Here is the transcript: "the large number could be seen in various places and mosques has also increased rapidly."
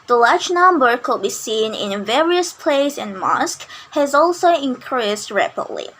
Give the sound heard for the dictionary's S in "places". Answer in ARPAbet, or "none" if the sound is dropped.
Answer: none